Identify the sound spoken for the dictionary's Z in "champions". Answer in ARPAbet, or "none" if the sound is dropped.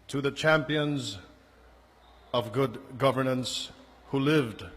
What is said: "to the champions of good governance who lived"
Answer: Z